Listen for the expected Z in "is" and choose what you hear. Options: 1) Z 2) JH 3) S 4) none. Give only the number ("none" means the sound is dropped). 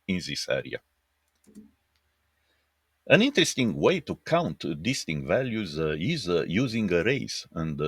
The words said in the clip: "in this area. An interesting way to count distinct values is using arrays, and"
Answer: 1